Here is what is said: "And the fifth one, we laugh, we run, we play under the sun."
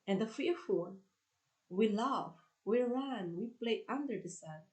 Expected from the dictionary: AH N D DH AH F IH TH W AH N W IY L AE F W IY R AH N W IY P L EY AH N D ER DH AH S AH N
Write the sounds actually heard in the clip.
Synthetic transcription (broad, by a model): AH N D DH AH F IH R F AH L W IY L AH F W IY R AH N W IY P L EY AH N D ER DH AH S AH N